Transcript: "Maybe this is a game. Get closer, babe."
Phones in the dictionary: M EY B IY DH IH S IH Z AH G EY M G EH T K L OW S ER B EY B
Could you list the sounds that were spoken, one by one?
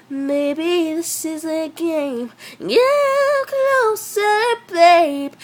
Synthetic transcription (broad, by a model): M EY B IY DH IH S IH Z AH G EY M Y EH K N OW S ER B EY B